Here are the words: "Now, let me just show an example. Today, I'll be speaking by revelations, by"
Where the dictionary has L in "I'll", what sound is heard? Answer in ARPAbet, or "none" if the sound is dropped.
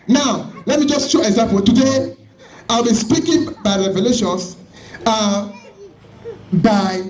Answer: L